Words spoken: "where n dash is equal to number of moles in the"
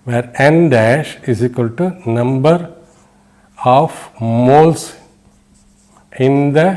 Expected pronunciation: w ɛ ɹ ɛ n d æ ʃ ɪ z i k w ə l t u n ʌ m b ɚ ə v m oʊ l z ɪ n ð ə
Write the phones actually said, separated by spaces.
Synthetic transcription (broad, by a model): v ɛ ɹ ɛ n d æ ʃ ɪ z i k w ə l t u n ʌ m b ɚ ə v m oʊ l s ɪ n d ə